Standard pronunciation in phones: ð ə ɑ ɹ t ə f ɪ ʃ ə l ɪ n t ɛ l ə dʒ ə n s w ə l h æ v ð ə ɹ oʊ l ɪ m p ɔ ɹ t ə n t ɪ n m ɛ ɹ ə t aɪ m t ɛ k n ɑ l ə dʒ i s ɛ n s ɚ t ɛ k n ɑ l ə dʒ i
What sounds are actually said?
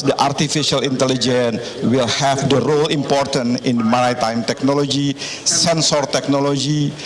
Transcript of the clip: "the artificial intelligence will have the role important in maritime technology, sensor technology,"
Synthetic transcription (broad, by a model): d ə ɑ ɹ t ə f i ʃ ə l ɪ n t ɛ l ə dʒ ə n w ə l h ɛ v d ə ɹ oʊ l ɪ m p ɔ ɹ t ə n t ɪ n m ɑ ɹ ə t aɪ m t ɛ k n ɑ l ə dʒ i s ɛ n s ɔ t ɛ k n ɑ l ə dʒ i